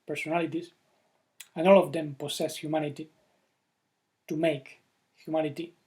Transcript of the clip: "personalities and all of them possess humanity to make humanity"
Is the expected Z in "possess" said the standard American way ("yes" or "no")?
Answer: no